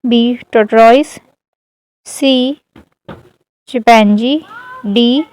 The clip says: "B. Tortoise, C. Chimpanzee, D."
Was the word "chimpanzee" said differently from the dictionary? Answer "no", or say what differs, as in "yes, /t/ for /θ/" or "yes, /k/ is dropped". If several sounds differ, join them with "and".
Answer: yes, /m/ is dropped